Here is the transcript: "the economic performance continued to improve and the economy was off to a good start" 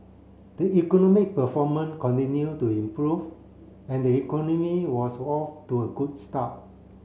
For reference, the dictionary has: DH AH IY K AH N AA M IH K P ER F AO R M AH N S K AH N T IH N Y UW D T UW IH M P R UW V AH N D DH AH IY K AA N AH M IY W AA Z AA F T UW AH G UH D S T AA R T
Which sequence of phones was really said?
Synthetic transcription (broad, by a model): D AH IY K AH N AA M IH K P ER F AO M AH N K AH N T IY N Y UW T UW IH M P R UW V AH N D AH IY K AA N AH M IY W AA S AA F T UW AH G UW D S T AA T